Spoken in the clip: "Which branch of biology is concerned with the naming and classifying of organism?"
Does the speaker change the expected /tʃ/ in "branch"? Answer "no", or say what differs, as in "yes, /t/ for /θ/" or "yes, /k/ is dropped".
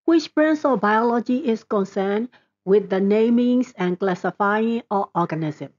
yes, /s/ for /tʃ/